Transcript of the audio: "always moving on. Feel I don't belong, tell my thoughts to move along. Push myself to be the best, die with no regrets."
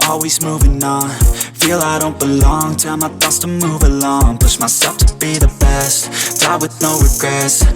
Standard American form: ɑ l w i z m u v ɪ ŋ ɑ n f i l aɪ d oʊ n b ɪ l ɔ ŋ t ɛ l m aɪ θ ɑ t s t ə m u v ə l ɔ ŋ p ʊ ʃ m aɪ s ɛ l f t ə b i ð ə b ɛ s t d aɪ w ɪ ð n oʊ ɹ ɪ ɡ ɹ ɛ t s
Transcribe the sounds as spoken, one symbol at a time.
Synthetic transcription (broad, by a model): ɑ l w i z m u v ɪ ŋ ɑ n f i l aɪ d oʊ n b ɪ l ɔ ŋ t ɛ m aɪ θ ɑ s t ə m u v ə l ɔ ŋ p ʊ ʃ m aɪ s ɛ l f t ə b i ð ə b ɛ s t d aɪ w ɪ ð n oʊ ɹ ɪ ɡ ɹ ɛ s